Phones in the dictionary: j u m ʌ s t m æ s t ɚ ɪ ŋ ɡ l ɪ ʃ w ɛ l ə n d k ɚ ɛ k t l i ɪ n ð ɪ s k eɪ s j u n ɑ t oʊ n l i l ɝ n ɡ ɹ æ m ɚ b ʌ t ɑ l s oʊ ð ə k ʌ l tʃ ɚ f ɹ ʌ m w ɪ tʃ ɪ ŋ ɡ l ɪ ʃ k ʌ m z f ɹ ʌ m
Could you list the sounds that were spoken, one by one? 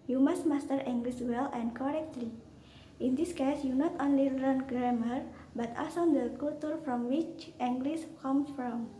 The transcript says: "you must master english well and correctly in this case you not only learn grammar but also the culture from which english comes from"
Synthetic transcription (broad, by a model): j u m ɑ s t m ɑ s t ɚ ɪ ŋ ɡ l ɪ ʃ w ɛ l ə n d k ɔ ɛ k t l i ɪ n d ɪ s k eɪ s j u n ɑ t oʊ n l i l ɝ n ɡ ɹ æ m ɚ b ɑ t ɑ s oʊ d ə k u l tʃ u f ɹ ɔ m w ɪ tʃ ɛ ŋ ɡ l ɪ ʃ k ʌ m s f ɹ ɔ m